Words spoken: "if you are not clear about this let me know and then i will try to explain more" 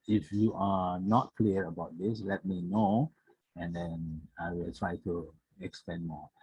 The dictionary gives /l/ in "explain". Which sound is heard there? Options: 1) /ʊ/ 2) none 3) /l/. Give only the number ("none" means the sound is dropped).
2